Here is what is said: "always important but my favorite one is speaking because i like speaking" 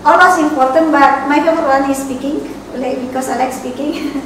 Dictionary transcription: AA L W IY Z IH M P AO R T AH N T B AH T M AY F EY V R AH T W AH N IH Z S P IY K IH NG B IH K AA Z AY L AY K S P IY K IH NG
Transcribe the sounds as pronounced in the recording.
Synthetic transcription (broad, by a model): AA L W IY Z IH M P AO R T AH N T B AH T M AY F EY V AH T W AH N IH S P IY K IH NG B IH K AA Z AY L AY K S P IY K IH NG